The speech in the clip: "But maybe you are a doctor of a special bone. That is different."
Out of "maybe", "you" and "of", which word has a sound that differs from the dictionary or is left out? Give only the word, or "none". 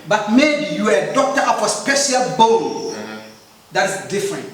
of